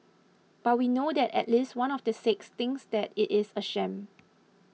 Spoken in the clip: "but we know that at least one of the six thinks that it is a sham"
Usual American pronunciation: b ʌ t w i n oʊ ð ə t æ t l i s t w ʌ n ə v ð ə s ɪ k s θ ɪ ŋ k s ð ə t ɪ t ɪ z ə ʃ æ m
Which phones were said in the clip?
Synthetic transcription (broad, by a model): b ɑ t w i n oʊ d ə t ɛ t l i s t w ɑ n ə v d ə s ɪ k s t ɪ ŋ s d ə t ɪ t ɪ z ə ʃ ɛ m